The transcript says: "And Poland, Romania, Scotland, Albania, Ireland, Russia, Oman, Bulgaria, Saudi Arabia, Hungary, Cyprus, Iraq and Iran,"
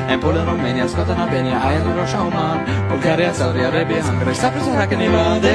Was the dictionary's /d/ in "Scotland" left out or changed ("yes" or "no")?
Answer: yes